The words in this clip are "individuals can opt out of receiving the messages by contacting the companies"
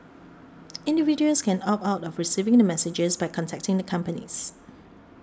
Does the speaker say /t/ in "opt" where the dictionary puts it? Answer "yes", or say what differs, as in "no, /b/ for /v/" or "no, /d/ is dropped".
no, /t/ is dropped